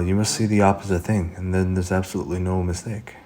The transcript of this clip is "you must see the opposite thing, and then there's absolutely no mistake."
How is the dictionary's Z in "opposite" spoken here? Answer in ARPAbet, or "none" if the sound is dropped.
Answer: Z